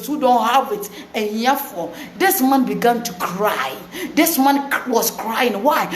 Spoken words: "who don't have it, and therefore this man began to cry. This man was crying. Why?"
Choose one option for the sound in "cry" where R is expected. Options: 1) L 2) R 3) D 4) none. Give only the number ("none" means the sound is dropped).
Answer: 2